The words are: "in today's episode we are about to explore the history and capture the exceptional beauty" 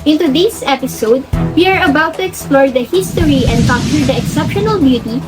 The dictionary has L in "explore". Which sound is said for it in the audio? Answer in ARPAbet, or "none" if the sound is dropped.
L